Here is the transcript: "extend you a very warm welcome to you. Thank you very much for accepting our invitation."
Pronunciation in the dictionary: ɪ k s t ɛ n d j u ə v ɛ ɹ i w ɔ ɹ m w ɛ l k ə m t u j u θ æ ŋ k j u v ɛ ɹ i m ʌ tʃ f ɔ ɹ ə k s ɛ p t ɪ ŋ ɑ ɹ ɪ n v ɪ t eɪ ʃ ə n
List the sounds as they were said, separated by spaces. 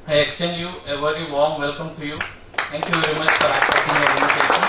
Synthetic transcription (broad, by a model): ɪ k s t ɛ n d j u ə v ɛ ɹ i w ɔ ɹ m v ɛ l k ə m t u j u t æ ŋ k j u v ɛ ɹ i m ʌ tʃ f ɔ ɹ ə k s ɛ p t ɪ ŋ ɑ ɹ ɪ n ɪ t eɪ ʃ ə n